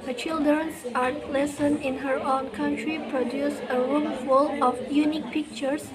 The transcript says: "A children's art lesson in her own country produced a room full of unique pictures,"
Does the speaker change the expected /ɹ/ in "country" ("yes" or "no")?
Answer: no